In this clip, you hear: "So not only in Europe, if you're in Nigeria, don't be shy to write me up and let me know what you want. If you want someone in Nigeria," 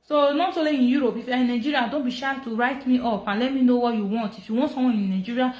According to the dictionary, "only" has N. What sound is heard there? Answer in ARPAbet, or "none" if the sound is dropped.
none